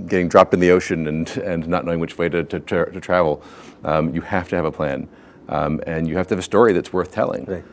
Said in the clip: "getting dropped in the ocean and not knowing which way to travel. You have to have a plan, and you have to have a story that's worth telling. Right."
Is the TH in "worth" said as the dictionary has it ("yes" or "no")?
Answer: yes